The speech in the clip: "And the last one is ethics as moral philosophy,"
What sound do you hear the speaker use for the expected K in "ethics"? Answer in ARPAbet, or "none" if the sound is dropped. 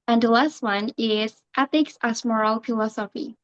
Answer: K